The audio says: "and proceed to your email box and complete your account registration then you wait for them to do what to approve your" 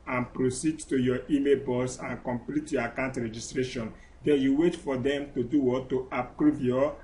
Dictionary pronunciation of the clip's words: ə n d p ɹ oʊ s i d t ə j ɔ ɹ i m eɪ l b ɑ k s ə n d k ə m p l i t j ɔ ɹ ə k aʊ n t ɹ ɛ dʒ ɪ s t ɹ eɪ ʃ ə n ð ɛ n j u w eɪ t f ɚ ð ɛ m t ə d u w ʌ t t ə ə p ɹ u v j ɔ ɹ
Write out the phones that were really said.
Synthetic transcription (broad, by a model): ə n p ɹ oʊ s i d t ə j ɔ i m eɪ l b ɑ s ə n k ə m p l i t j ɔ ə k aʊ n t ɹ ɛ dʒ ɪ s t ɹ eɪ ʃ ə n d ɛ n j u w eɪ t f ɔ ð ɛ m t ə d u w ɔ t t ə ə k ɹ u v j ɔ